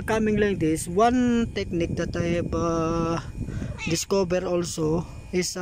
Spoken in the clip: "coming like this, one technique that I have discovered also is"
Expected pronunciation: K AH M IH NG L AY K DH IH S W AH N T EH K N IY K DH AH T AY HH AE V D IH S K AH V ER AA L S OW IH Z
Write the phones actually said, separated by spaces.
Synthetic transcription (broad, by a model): K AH M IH NG L AY K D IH S W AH N T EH K N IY K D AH T AY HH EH B D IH S K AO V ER AA L S OW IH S